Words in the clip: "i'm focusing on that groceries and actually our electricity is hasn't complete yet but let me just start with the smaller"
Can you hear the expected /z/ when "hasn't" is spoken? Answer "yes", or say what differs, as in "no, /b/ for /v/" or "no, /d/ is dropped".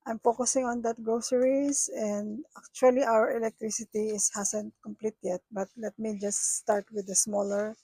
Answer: no, /s/ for /z/